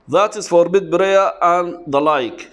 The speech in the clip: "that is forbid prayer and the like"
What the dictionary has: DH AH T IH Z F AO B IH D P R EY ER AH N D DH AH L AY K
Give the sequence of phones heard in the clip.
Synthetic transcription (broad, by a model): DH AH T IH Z F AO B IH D B R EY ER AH N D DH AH L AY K